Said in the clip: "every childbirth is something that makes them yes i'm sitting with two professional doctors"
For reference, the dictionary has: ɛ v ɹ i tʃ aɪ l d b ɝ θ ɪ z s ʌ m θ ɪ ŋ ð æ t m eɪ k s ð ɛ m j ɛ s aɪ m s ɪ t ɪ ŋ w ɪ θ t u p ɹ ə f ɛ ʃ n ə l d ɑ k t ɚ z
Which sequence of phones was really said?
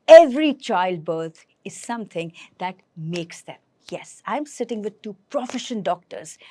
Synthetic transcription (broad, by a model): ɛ v ɹ i tʃ aɪ l d b ɝ t ɪ z s ʌ m t ɪ ŋ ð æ t m eɪ k s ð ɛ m j ɛ s aɪ m s ɪ t ɪ ŋ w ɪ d t u p ɹ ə f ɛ ʃ ə n d ɑ k t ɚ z